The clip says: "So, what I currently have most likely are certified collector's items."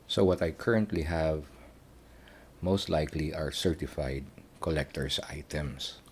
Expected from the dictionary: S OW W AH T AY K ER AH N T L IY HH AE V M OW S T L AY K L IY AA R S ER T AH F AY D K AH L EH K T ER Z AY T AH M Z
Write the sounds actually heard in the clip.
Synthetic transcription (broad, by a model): S OW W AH T AY K ER AH N T L IY HH AE V M OW S T L AY K L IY AA R S ER T AH F AY D K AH L EH K T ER S AY T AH M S